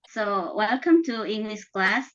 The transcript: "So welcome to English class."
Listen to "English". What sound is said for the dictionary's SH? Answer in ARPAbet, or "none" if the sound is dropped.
S